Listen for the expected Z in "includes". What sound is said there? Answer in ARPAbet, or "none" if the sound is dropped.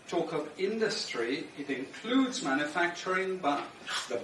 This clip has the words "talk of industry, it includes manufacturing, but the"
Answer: Z